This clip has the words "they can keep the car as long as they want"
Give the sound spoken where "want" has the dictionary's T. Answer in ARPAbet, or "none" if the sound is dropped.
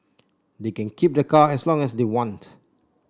T